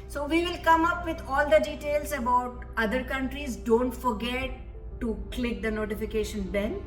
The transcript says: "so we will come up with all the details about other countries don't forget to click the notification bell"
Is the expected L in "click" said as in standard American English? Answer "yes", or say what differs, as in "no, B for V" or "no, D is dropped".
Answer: yes